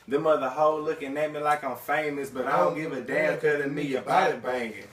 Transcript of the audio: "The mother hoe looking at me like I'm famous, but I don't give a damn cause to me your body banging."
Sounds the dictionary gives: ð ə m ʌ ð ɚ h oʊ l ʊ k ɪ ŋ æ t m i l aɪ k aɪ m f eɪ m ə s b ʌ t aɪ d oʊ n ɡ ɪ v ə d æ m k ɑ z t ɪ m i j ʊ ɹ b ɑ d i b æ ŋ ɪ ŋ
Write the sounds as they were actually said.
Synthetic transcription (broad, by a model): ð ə m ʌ ð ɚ h oʊ l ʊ k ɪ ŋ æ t m i l aɪ k aɪ m f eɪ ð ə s b ʌ t aɪ d oʊ n ɡ ɪ v ə d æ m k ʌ t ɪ m i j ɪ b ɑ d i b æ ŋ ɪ